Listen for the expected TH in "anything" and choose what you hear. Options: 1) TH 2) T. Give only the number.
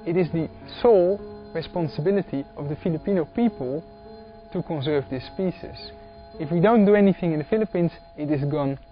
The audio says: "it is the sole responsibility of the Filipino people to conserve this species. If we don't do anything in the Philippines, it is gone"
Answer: 1